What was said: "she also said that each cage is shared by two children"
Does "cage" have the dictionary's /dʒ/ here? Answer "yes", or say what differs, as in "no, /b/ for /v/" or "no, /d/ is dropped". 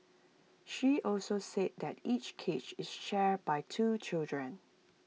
no, /tʃ/ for /dʒ/